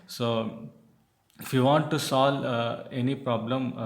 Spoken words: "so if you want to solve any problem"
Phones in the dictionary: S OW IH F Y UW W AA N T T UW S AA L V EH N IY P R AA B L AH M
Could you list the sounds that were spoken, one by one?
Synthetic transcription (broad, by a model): S OW IH F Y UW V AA N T T UW S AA L EH N IY P R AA B L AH M